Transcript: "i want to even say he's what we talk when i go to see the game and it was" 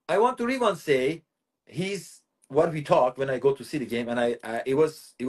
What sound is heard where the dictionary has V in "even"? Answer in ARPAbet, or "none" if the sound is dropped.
W